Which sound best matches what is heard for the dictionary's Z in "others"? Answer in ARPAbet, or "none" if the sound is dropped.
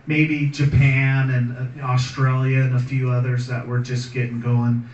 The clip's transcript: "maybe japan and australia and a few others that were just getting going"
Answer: Z